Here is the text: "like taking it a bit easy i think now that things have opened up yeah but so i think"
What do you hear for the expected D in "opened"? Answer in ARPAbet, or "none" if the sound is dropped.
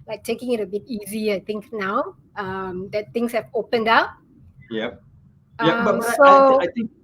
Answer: D